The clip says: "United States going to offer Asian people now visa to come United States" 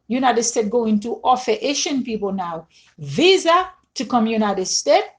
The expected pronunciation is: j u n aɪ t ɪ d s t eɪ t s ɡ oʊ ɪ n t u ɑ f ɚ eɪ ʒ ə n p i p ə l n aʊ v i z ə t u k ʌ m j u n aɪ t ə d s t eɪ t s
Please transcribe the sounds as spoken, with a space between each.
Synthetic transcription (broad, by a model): j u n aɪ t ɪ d s t eɪ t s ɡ oʊ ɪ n t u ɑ f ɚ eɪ ʃ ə n p i p ə l n aʊ v i z ə t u k ʌ m j u n aɪ t ə d s t eɪ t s